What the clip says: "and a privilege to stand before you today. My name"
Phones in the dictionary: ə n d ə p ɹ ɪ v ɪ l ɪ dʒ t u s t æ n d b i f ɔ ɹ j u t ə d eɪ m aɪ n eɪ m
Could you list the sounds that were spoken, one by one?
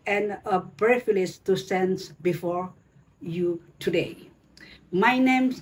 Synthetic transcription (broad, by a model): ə n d ə b ɹ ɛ f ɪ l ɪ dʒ t u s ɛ n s b i f ɔ ɹ j u t ə d eɪ m aɪ n eɪ m